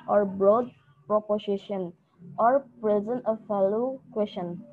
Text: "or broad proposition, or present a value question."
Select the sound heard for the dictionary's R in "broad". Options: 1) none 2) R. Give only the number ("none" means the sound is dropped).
2